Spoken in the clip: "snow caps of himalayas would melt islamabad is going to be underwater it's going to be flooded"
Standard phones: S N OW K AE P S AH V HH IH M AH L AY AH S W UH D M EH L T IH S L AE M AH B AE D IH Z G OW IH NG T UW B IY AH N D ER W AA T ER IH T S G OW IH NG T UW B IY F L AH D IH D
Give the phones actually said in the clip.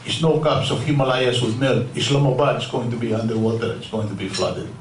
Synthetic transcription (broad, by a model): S N OW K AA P S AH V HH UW M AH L AY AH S W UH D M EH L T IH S L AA M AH B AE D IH S G OW IH NG T UW B IY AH N D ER W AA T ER IH T S G OW IH NG T UW B IY F L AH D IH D